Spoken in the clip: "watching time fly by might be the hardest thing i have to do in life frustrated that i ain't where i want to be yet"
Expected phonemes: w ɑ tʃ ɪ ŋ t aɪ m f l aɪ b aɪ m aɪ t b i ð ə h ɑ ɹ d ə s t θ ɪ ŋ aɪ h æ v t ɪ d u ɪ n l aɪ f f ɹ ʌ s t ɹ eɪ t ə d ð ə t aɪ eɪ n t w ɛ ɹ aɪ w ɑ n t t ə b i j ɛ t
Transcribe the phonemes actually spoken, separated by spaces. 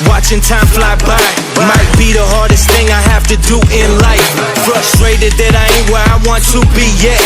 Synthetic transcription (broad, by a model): w ɑ tʃ ɪ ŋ t aɪ m f l aɪ b aɪ m aɪ t b i ð ə h ɑ ɹ d ə s t θ ɪ ŋ aɪ h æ f t ɪ d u ɪ n l aɪ f f ɹ ʌ s t ɹ eɪ t ə d ð ə t aɪ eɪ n w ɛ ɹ aɪ w ɑ n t t ə b i j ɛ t